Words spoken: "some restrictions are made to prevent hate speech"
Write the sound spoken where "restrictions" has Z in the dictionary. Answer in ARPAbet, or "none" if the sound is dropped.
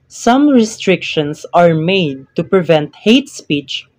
S